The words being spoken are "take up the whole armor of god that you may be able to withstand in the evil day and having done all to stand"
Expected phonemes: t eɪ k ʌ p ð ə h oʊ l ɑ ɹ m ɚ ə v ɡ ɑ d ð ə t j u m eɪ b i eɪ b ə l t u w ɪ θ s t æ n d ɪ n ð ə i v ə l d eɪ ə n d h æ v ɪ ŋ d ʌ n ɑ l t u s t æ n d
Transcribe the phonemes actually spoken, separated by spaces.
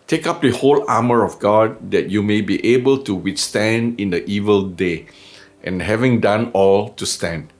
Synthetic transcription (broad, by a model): t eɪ k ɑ p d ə h oʊ l ɑ m ɚ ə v ɡ ɑ d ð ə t j u m eɪ b i eɪ b ə l t u w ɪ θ s t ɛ n d ɪ n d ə i v ə l d eɪ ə n h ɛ v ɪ ŋ d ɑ n ɑ l t u s t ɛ n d